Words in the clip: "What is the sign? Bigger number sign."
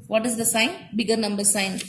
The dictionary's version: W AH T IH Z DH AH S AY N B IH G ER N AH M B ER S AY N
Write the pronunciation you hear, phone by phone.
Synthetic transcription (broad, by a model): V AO T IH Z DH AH S AY N B IH G ER N AH M B ER S AY N